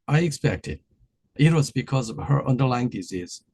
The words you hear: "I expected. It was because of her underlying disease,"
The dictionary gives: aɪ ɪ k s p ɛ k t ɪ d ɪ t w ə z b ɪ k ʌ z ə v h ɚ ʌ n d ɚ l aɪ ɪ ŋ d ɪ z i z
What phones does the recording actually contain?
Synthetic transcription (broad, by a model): aɪ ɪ k s p ɛ k t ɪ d ɪ t w ə z b ɪ k ʌ z ə v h ɚ ʌ n d ɚ l aɪ ɪ ŋ d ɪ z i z